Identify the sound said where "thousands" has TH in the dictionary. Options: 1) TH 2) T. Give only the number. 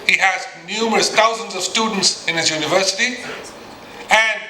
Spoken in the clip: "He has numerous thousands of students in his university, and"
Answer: 2